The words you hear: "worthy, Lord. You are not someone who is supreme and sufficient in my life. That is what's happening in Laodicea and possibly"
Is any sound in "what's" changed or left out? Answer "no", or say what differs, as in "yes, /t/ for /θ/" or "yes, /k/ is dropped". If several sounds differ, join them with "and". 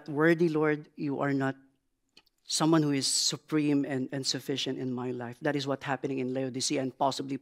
yes, /s/ is dropped